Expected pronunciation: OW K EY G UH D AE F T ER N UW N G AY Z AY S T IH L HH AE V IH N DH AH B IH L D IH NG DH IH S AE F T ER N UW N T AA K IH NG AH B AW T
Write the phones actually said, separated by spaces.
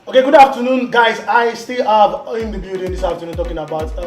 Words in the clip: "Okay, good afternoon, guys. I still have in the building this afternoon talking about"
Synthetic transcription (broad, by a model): OW K EY G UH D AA F T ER N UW N G AY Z AY S T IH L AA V IH N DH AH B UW D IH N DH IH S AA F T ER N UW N T AA K IH NG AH B AW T